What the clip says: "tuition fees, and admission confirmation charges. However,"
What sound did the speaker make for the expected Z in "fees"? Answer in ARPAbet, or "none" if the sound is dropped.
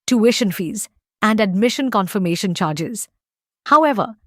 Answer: Z